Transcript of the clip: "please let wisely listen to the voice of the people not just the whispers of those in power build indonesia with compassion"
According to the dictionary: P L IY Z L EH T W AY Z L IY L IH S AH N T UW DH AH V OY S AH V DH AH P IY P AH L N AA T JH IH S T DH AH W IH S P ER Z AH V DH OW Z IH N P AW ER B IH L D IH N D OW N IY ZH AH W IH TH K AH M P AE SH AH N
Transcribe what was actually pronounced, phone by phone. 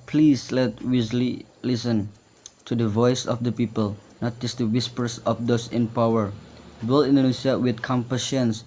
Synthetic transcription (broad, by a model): P L IY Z L EH T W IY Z L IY L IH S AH N T UW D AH V OY S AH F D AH P IY P AH L N AA T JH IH S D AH W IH S P ER S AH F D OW S IH N P AW ER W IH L IH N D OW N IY S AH W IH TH K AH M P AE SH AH N